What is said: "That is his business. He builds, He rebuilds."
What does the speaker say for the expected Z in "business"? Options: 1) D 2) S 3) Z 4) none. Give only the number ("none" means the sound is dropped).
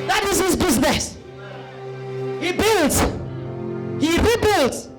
3